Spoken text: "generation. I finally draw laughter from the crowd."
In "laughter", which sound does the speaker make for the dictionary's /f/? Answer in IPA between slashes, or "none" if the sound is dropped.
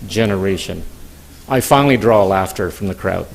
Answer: /f/